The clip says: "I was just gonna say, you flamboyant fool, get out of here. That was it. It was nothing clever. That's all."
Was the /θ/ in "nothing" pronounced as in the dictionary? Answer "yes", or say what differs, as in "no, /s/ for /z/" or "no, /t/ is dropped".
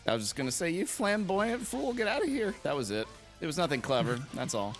yes